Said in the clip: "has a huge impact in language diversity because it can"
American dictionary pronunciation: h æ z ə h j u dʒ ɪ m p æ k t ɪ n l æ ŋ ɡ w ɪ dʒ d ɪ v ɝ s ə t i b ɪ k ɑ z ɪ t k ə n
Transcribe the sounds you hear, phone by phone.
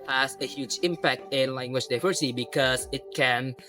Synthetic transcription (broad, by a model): h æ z ə h j u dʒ ɪ m p æ k t ɪ n l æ ŋ ɡ w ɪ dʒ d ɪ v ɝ ə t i b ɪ k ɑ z ɪ t k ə n